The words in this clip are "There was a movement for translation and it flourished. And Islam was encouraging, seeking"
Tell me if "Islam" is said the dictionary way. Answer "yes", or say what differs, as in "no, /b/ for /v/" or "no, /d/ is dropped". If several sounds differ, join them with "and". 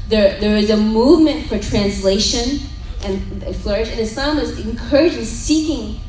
no, /l/ is dropped